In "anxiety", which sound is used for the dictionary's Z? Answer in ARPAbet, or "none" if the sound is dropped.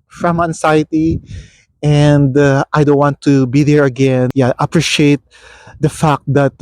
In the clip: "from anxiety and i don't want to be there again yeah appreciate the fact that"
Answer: S